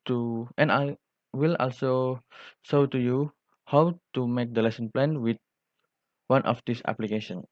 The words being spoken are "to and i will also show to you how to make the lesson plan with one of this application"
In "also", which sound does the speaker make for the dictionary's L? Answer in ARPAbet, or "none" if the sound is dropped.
L